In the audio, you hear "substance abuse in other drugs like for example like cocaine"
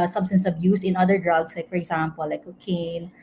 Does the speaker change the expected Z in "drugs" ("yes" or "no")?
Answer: yes